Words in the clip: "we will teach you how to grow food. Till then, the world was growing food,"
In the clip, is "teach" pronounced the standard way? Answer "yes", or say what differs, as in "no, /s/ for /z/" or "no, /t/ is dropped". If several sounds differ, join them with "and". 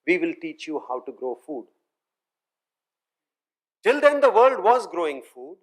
yes